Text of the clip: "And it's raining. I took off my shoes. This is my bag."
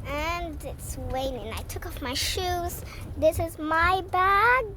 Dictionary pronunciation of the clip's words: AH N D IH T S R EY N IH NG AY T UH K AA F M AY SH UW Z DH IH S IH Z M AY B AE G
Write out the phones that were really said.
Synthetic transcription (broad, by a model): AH N D IH T S W EY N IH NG AY T UH K AA F M AY SH UW Z DH IH S IH Z M AY B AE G